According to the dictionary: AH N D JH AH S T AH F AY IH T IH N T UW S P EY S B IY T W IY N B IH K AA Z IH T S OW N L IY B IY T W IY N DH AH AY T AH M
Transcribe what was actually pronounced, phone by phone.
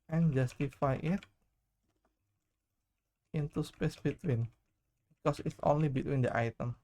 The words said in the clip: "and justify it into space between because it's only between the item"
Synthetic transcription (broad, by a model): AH N JH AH S T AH F AY IH T IH N T UW S P EY S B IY T W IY N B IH K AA S IH T S OW N L IY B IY T W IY N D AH AY T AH M